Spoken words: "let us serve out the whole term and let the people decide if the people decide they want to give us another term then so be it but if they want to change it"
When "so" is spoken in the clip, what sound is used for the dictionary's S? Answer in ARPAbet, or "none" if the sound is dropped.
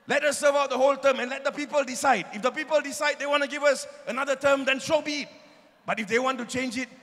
SH